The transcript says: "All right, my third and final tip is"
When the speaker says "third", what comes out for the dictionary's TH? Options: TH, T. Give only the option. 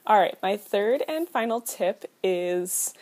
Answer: TH